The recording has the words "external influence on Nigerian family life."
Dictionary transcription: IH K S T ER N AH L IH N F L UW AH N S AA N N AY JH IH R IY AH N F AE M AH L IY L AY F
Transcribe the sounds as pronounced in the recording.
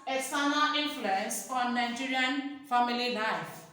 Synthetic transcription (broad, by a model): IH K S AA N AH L IH N F L UW AH N S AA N N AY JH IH R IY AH N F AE M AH L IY L AY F